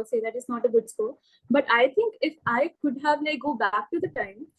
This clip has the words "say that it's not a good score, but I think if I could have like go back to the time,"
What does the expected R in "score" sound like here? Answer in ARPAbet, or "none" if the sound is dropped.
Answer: L